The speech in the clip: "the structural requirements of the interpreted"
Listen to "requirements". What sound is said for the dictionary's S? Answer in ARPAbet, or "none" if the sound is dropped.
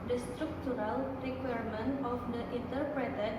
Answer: none